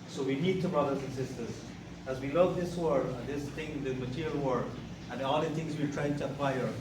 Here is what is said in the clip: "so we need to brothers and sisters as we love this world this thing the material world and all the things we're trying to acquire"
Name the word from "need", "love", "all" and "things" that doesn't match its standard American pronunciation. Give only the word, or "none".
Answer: things